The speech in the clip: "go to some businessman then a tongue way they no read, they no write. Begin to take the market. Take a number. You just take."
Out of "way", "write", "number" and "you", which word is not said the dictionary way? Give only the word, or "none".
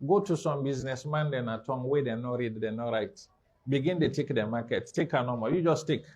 number